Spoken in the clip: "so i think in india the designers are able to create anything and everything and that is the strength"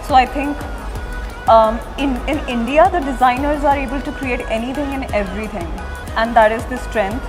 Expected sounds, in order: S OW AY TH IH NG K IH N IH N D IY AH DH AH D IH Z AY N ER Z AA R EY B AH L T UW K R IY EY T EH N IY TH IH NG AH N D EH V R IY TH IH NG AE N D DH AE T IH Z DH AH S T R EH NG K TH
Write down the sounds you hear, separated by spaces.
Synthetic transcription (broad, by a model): S OW AY T IH NG K IH N IH N D IY AH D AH D IH Z AY N ER Z AA R EY B AH L T UW K R IY EY T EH N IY T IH NG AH N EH V R IY T IH NG AE N D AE T IH Z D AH S T R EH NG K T